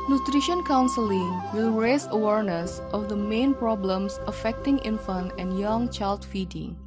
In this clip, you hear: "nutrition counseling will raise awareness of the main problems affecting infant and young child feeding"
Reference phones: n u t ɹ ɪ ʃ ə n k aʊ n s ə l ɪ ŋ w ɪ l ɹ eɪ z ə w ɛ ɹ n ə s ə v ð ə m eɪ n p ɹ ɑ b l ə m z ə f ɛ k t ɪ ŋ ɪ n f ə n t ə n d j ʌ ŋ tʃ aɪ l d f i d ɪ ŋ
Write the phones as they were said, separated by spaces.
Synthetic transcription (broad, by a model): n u t ɹ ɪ ʃ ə n k aʊ n s ə l ɪ ŋ w ɪ l ɹ eɪ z ə w ɛ ɹ n ə s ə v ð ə m eɪ n p ɹ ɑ b l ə m s ə f ɛ k t ɪ ŋ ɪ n f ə n ə n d j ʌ ŋ tʃ aɪ l d f i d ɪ ŋ